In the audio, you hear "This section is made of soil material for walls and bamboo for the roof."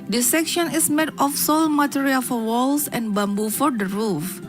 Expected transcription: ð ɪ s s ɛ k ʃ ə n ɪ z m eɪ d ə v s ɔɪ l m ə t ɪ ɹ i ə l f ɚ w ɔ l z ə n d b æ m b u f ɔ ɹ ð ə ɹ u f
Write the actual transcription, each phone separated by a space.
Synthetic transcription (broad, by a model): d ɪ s s ɛ k ʃ ə n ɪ s m eɪ d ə f s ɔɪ l m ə t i ɹ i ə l f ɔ w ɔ l s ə n b æ m b u f ɔ ɹ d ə ɹ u f